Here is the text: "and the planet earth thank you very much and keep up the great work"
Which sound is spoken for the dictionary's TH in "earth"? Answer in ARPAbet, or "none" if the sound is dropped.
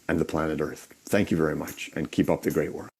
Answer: TH